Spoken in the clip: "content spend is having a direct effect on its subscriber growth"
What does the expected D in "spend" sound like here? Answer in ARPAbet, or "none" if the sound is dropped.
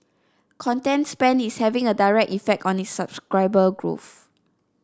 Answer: none